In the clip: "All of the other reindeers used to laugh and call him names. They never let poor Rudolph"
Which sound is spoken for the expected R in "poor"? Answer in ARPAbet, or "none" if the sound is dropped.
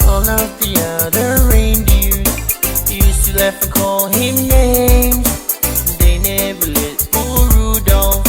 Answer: L